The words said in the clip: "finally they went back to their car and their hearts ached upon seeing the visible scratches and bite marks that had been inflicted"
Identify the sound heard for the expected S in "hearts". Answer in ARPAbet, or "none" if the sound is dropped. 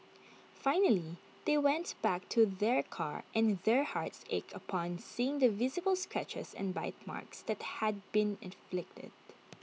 S